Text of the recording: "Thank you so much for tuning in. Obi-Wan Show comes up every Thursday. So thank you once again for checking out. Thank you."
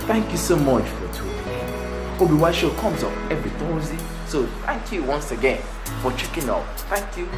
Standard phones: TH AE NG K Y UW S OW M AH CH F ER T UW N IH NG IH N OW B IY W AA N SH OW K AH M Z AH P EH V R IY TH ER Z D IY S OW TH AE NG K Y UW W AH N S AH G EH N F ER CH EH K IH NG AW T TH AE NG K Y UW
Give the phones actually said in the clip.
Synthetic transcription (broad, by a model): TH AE NG K Y UW S OW M AH CH F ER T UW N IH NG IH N OW B IY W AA SH OW K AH M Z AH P EH V R IY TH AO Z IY S OW TH AE NG K Y UW W AH N S AH G EH N F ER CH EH K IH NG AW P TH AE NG K Y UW